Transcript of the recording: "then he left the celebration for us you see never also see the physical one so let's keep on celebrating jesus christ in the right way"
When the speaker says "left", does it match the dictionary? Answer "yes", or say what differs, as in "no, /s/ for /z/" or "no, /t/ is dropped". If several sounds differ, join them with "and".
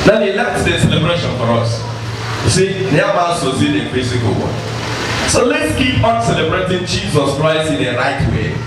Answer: no, /f/ is dropped